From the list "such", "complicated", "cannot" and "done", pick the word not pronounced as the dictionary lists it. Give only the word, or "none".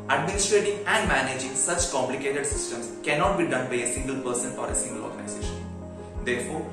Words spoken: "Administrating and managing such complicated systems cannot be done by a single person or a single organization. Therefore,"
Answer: none